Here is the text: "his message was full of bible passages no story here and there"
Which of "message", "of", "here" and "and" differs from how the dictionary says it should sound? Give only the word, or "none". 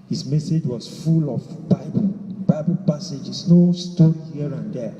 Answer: of